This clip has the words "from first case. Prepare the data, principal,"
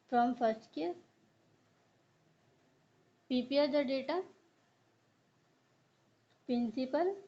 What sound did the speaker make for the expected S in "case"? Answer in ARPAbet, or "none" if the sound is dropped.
none